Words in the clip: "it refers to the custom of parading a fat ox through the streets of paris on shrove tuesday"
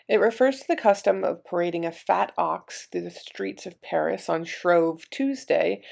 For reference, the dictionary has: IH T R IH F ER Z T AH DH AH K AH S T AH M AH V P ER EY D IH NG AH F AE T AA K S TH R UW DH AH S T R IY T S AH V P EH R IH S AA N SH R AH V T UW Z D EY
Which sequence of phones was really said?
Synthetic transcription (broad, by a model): IH T R IH F ER Z T AH DH AH K AH S T AH M AH V P ER EY D IH NG AH F AE T AA K S TH R UW DH AH S T R IY T S AH V P EH R IH S N SH R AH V T UW Z D EY